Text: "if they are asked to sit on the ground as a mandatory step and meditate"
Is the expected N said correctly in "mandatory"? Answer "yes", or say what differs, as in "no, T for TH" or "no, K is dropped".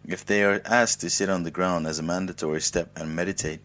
yes